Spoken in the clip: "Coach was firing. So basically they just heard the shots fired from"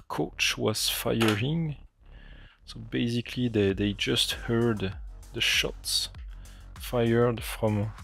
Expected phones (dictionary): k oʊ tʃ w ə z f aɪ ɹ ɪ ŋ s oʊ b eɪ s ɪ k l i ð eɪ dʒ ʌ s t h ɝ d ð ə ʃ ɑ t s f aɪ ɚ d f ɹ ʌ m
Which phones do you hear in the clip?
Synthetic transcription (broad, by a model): k oʊ tʃ w ə z f aɪ ɹ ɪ ŋ s oʊ b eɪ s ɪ k l i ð eɪ dʒ ʌ s t h ɝ d ð ə ʃ ɑ t s f aɪ ɚ d f ɹ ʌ m